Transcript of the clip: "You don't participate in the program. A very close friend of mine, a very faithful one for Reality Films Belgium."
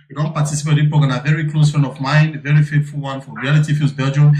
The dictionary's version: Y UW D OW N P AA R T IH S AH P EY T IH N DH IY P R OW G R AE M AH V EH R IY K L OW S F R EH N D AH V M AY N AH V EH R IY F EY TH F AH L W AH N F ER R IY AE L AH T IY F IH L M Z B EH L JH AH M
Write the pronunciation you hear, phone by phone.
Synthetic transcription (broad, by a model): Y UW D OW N P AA T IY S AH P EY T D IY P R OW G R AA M AH V EH R IY K L OW S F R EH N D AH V M AY N AH V EH R IY F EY T F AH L W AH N F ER R IY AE L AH T IY F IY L Z B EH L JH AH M